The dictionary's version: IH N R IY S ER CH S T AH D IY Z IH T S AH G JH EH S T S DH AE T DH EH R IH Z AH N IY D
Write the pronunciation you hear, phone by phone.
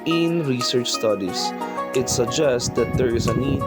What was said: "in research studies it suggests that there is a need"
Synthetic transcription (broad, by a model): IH N R IY S ER CH S T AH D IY S IH T S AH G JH EH S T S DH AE T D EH R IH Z AH N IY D